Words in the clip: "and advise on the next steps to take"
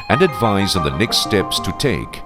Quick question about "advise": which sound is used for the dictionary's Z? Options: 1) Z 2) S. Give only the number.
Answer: 1